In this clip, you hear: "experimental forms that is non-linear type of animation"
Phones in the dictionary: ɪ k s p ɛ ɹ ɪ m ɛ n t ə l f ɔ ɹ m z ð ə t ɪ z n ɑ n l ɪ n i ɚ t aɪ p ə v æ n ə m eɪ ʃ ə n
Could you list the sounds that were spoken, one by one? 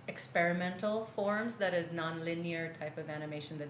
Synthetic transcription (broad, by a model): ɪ k s p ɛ ɹ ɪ m ɛ n t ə l f ɔ ɹ m z ð ə t ɪ z n ɑ n l ɪ n i ɚ t aɪ p ə v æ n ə m eɪ ʃ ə n